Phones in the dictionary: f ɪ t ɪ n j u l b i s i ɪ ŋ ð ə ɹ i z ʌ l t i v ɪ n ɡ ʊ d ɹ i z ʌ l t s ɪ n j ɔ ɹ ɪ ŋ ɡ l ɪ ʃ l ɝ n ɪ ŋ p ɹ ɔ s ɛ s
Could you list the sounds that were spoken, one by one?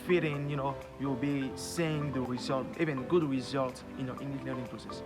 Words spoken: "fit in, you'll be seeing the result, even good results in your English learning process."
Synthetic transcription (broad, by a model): f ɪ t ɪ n j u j b i s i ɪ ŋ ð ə ɹ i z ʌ l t i v ɪ n ɡ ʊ d ɹ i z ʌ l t ɪ n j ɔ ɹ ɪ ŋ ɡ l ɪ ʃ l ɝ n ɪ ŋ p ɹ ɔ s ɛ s